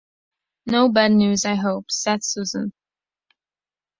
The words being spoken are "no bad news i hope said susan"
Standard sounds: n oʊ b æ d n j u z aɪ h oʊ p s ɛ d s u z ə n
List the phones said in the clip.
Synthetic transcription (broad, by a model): n oʊ b æ d n j u z aɪ h oʊ p s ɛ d s u z ə n